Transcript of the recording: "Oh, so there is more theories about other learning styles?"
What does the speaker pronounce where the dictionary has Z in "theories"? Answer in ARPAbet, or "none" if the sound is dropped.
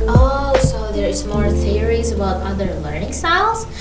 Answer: Z